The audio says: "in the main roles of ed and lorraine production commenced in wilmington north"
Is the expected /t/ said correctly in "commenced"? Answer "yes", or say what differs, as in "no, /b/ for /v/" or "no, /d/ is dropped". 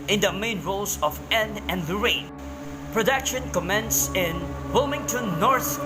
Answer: no, /t/ is dropped